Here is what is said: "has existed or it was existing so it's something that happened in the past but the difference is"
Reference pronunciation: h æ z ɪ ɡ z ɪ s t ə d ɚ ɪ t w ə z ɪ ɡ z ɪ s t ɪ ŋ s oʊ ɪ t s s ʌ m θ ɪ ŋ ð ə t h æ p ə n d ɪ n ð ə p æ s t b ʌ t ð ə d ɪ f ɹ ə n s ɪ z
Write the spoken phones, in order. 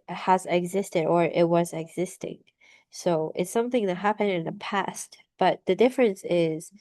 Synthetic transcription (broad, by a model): h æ z ɪ ɡ z ɪ s t ə d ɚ ɪ t w ə z ɪ ɡ z ɪ s t ɪ ŋ s oʊ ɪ t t s ʌ m θ ɪ ŋ ð ə t h æ p ə n d ɪ n ð ə p æ s t b ʌ t ð ə d ɪ f ɹ ə n s ɪ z